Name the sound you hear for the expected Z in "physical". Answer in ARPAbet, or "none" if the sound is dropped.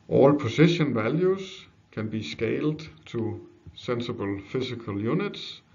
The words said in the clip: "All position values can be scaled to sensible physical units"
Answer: S